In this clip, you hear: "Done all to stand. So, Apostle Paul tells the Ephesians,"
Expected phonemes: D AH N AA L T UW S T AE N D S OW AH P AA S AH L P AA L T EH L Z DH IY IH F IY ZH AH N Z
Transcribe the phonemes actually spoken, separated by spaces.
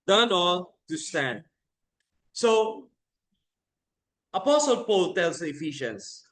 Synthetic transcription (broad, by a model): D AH N AA L T UW S T AE N D S OW AH P AA S AH L P AA L T EH L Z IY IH F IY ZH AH N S